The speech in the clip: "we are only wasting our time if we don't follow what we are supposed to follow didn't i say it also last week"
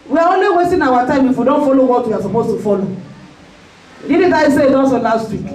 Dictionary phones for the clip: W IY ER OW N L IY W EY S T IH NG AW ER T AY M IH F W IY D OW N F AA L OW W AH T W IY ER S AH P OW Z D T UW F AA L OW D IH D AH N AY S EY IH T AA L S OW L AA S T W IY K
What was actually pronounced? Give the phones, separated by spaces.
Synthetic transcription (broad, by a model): W IY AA OW N L IY W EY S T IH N AW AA T AY M IH F W IY D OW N F AA L OW W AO T W IY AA S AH P OW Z T UW F AA L OW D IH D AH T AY S EY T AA N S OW L AA S T W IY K